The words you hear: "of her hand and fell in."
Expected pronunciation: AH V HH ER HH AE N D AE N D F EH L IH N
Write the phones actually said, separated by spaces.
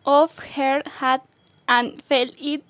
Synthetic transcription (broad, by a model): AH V HH ER HH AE D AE N F EH L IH